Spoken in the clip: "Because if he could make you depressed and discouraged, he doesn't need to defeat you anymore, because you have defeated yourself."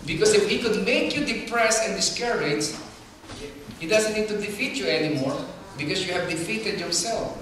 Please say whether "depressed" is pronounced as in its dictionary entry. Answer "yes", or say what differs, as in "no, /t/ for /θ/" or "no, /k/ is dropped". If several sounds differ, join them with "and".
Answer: no, /t/ is dropped